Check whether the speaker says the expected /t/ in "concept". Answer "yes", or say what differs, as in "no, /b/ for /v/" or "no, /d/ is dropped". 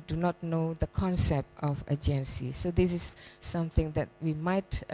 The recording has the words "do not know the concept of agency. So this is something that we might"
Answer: yes